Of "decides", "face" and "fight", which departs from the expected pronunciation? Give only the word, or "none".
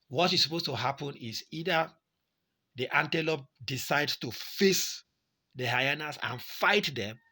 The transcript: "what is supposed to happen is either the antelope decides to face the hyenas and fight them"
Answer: decides